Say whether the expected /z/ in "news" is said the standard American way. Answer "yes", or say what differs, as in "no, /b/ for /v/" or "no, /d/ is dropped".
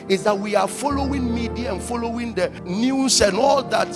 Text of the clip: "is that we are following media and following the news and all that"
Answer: no, /s/ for /z/